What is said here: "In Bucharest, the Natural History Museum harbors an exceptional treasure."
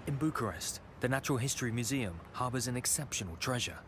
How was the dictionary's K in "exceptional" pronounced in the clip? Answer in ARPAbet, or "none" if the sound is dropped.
K